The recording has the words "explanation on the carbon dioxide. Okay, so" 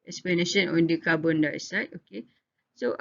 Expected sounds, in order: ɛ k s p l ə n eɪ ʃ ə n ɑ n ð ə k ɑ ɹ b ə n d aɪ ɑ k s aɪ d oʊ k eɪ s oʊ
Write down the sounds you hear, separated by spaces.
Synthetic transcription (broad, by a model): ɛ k s p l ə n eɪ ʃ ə n ɑ n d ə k ɑ b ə n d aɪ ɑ s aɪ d oʊ k eɪ s oʊ